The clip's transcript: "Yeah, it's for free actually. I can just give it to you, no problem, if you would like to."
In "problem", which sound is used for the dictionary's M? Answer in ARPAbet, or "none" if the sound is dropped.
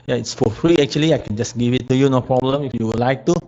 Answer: M